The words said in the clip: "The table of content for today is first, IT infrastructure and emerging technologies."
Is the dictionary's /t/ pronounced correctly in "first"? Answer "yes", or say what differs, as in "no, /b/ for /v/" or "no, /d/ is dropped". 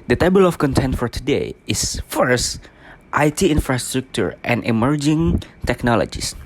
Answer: yes